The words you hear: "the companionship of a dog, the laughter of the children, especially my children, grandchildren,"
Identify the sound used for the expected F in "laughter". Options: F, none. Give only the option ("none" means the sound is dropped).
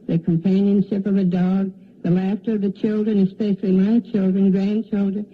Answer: F